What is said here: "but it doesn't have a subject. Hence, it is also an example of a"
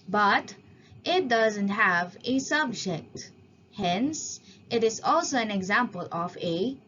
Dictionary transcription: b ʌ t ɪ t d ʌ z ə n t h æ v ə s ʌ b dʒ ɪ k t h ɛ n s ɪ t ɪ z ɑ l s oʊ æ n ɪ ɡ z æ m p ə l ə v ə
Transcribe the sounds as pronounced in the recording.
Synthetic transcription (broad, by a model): b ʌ t ɪ t d ʌ z ə n t h æ v ə s ʌ b dʒ ɪ k t h ɛ n s ɪ t ɪ z ɑ l s oʊ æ n ɪ ɡ z æ m p ə l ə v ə